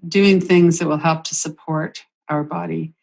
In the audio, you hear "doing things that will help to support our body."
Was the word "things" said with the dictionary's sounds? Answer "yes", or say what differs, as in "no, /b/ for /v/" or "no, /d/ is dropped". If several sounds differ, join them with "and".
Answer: yes